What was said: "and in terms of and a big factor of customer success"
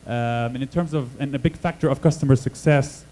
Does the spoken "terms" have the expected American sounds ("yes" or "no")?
yes